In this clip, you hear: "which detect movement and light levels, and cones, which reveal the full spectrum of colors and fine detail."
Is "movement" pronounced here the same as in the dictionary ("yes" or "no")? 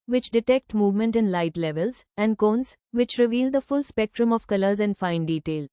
yes